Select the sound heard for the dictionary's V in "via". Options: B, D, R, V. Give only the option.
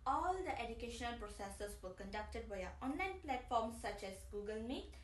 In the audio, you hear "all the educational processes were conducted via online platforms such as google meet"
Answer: B